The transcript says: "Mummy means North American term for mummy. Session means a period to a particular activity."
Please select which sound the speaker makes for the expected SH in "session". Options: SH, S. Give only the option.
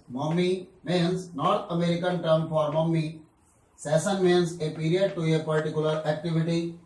S